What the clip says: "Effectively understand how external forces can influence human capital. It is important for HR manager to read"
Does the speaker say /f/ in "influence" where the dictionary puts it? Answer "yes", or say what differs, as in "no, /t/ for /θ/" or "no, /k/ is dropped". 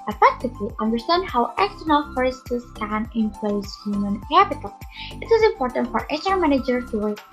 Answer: no, /p/ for /f/